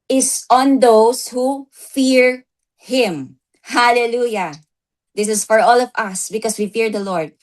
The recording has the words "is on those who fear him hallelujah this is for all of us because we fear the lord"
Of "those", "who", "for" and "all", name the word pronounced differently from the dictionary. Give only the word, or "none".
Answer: those